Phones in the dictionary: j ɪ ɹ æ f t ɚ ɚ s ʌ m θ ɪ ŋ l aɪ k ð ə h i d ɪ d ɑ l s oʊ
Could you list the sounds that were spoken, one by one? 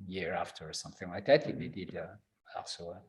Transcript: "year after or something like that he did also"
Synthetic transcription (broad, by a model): j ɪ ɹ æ f t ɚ ɚ s ʌ m θ ɪ ŋ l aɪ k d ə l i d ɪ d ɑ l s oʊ